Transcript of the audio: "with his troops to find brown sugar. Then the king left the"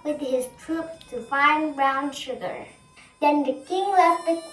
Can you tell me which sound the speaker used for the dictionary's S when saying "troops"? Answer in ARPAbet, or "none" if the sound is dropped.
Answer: none